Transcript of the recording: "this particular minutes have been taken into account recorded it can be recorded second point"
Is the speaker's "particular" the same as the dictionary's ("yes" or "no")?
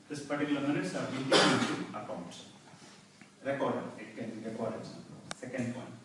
no